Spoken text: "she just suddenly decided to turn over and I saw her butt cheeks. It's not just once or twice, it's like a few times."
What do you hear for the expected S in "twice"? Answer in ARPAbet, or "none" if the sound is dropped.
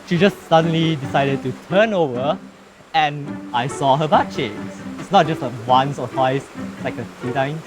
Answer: none